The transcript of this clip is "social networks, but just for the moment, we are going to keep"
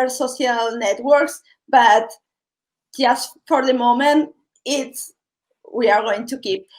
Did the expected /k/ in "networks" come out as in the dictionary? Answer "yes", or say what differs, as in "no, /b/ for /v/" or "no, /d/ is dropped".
yes